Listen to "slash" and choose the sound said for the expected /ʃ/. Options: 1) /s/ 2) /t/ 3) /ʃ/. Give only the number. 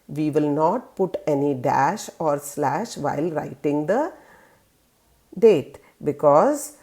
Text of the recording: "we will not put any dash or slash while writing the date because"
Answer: 3